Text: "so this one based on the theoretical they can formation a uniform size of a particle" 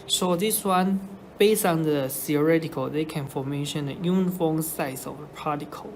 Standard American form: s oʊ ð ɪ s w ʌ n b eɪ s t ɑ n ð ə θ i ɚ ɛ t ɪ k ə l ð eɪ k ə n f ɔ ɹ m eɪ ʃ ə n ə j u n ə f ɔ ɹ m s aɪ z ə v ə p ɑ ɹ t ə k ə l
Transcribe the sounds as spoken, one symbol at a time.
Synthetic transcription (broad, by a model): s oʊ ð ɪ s w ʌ n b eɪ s ɑ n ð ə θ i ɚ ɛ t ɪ k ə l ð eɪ k ə n f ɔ m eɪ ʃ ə n ə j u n f ɔ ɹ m s aɪ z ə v ə p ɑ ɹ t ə k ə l